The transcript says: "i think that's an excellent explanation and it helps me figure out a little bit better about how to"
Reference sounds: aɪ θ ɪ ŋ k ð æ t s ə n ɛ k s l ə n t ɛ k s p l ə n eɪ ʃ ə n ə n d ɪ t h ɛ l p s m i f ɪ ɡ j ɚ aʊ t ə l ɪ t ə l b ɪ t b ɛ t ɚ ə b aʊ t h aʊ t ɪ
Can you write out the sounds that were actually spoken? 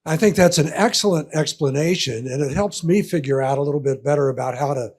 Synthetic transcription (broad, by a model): aɪ θ ɪ ŋ k ð æ t s ə n ɛ k s l ə n t ɛ k s p l ə n eɪ ʃ ə n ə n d ɪ t h ɛ l p s m i f ɪ ɡ j ɚ aʊ t ə l ɪ t l b ɪ t b ɛ t ɚ ə b aʊ t h aʊ t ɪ